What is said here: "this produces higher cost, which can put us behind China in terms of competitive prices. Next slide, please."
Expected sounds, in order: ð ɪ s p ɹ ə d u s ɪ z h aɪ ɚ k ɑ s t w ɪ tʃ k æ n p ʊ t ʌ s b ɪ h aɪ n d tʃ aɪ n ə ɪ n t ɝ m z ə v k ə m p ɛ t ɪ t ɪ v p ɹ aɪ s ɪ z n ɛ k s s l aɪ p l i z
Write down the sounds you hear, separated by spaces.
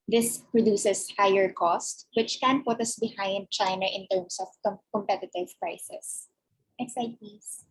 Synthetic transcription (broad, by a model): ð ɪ s p ɹ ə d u s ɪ s h aɪ ɚ k ɑ s t w ɪ tʃ k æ n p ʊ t ʌ s b ɪ h aɪ n d tʃ aɪ n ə ɪ n t ɝ m s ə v k ə m p ɛ t ɪ t ɪ v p ɹ aɪ s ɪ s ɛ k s s aɪ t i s